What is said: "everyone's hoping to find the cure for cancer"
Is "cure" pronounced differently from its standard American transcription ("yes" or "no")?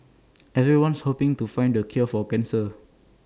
yes